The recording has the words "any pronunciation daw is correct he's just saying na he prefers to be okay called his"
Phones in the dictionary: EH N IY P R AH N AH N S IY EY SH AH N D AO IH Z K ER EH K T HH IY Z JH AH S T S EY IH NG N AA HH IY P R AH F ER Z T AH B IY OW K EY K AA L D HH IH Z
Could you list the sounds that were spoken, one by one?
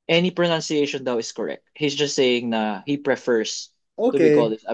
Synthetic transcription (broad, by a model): EH N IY P R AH N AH N S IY EY SH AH N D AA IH S K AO EH K T HH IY S JH AH S T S EY IH NG N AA HH IY P R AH F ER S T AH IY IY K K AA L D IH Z